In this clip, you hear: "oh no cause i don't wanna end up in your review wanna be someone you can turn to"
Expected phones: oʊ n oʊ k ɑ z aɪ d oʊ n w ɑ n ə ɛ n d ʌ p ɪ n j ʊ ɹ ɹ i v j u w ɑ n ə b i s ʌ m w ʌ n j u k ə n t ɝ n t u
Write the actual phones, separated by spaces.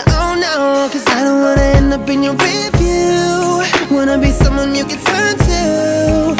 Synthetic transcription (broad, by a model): oʊ n oʊ k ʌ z aɪ d oʊ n w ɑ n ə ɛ n ʌ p ɪ n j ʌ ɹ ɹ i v j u w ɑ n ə b i s ʌ m w ʌ n j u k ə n t ɝ n t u